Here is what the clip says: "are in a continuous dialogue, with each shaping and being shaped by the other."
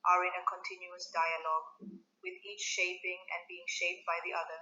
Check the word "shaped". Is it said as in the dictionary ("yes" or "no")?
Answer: yes